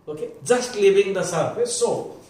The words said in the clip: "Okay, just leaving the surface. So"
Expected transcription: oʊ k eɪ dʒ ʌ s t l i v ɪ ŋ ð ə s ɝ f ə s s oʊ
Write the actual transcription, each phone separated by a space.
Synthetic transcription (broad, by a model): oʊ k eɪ dʒ ʌ s t l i b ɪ ŋ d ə s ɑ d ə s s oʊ